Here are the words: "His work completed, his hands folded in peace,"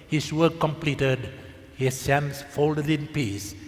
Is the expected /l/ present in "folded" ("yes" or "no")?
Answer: yes